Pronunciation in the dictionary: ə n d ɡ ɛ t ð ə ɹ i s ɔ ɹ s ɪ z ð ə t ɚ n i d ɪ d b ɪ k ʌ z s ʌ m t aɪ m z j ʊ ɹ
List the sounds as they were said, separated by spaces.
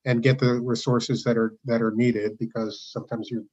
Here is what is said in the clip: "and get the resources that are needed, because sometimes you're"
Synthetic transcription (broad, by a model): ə n ɡ ɛ t ð ə ɹ i s ɔ ɹ s ɪ z ð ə t ɚ n i d ɪ d b ɪ k ʌ z s ʌ m t aɪ m z j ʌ ɹ